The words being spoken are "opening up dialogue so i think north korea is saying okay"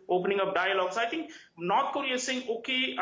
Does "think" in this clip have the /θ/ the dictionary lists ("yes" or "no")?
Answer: no